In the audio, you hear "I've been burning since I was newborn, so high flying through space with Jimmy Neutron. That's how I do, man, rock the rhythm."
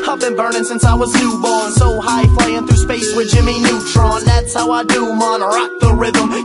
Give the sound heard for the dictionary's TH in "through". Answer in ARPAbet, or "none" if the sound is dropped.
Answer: TH